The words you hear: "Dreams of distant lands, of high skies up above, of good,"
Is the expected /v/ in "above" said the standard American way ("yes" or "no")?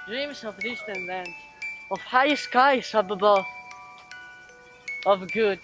no